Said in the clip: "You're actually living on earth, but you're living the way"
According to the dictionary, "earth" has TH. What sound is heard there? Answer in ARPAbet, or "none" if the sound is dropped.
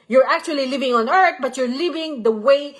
T